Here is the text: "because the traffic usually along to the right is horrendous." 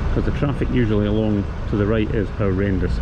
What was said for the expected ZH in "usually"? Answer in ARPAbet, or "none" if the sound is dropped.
ZH